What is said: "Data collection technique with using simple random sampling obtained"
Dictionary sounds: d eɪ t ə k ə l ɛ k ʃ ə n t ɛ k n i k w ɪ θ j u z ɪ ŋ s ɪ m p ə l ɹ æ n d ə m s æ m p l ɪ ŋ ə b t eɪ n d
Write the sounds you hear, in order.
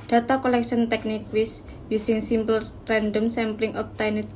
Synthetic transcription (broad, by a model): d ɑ t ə k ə l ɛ k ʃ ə n t ɛ k n i k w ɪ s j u s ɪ ŋ s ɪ m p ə l ɹ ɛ n d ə m s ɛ m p l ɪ ŋ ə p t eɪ n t